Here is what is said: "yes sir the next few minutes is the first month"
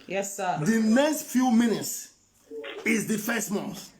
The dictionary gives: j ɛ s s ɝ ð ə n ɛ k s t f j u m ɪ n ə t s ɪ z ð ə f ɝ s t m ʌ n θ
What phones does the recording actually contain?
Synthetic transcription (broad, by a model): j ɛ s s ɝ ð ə n ɛ k s t f j u m ɪ n ə t s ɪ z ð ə f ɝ s t m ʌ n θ